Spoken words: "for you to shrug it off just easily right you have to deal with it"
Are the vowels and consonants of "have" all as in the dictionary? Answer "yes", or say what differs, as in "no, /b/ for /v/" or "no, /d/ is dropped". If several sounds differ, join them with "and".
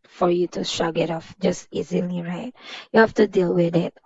no, /f/ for /v/